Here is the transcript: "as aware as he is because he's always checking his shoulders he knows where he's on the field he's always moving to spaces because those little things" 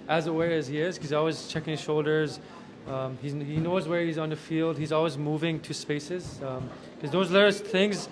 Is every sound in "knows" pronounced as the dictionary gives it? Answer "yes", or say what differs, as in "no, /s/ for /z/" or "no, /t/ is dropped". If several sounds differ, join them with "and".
yes